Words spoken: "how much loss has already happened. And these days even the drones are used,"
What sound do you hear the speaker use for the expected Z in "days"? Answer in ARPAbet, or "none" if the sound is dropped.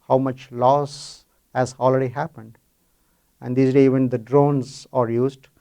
none